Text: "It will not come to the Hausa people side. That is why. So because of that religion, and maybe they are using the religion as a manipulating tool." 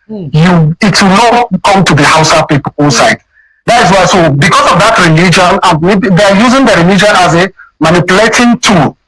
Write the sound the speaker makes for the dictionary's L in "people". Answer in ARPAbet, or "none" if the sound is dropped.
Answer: N